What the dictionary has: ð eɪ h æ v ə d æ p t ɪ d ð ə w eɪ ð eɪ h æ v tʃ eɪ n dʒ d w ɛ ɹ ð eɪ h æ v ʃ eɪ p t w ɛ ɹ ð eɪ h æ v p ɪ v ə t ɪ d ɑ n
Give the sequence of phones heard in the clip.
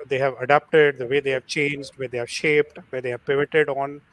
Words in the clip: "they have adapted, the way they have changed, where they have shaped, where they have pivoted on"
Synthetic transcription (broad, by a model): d eɪ h æ v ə d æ p t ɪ d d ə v eɪ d eɪ h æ v tʃ eɪ n dʒ d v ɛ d eɪ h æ v ʃ eɪ p t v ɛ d eɪ h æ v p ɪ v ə t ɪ d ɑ n